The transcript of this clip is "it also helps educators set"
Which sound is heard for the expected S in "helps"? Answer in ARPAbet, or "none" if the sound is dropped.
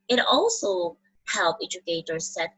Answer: none